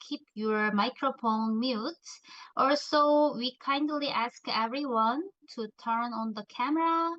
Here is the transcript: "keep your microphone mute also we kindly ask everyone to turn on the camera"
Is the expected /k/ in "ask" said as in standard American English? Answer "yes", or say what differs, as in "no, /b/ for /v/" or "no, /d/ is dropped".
yes